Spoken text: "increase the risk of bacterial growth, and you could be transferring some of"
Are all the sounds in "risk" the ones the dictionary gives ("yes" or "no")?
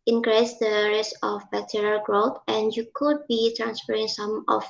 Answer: no